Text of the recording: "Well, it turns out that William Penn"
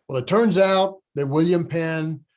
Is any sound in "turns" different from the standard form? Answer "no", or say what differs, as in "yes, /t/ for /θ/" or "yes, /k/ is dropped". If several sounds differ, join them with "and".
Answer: no